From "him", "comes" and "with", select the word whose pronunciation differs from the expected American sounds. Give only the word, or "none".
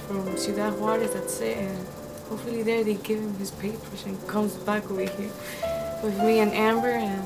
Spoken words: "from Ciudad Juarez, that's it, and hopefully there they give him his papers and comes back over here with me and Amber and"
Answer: none